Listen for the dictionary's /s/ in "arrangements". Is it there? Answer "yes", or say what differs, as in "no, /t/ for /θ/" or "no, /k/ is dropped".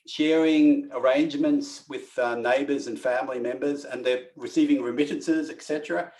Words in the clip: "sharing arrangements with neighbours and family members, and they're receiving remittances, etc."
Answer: yes